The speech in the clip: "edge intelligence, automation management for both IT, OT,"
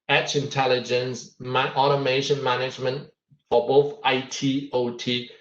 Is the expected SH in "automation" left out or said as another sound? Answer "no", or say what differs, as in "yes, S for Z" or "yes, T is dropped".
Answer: no